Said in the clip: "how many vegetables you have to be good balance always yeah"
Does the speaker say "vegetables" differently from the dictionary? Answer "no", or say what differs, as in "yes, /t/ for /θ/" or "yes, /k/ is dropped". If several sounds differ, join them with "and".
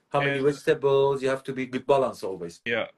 yes, /w/ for /v/